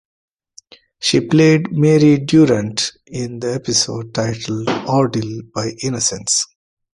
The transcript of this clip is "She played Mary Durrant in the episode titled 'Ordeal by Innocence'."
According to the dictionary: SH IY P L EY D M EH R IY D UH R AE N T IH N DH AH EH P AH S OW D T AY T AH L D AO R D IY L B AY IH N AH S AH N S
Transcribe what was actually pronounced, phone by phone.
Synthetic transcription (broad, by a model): SH IY P L EY D M EH R IY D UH R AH N T IH N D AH EH P AH S OW D T AY T AH L D AO R D IY L B AY IH N AH S AH N S